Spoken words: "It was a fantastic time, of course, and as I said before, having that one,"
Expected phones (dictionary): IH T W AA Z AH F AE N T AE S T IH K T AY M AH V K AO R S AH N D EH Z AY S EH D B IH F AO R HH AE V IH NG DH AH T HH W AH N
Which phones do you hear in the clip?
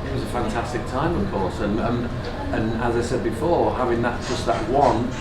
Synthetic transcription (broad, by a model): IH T W AA Z AH F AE N T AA S T IH K T AY M AH V K AO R S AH N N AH Z AY S EH D B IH F AO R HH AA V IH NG DH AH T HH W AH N